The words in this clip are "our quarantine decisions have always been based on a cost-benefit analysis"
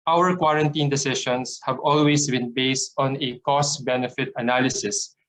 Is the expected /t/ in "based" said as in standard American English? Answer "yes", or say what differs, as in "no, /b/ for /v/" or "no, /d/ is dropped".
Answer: yes